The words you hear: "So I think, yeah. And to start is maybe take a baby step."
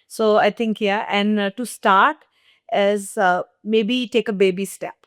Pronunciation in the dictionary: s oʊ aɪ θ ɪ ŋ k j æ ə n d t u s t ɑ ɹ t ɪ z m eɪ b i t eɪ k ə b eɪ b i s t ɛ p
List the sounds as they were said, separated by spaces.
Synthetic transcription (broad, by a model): s oʊ aɪ t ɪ ŋ k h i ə n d t u s t ɑ ɹ t ɪ z m eɪ b i t eɪ k ə b eɪ b i s t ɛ p